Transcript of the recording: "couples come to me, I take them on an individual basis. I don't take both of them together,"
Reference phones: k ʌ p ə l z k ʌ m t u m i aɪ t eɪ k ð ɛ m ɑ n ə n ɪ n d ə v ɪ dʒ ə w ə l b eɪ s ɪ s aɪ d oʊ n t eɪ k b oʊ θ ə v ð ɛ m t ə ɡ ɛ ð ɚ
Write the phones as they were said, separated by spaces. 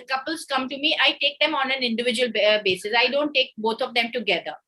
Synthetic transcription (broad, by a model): k ʌ p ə l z k ʌ m t u m i aɪ t eɪ k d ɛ m ɑ n ə n ɪ n d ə v ɪ dʒ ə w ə l b eɪ s ɪ s aɪ d oʊ n t eɪ k b oʊ t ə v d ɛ m t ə ɡ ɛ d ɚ